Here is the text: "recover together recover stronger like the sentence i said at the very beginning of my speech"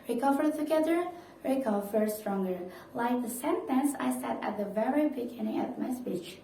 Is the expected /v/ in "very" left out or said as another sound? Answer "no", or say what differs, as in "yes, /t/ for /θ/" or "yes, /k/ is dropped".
no